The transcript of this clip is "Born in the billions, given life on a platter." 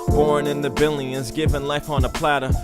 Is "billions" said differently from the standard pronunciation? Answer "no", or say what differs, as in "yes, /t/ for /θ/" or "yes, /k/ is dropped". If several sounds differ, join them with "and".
yes, /n/ is dropped